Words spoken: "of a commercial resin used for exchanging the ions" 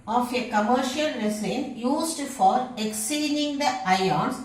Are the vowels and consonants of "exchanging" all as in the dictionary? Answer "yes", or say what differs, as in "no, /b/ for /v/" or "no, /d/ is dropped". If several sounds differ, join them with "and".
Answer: no, /tʃ/ is dropped